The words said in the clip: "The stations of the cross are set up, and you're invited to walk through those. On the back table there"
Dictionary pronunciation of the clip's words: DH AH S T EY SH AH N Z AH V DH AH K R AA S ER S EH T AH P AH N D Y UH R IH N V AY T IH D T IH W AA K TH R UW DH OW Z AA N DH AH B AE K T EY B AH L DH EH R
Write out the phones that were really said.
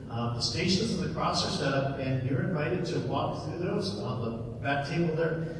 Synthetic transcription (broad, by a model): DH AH S T EY SH AH N Z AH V DH AH K R AA S ER S EH T AH P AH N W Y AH R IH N V AY T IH D T IH W AA K TH R UW DH OW Z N DH AH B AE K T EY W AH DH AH R